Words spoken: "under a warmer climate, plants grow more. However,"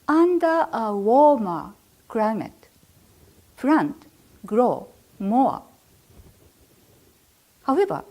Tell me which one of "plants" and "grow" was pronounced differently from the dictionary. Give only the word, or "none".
plants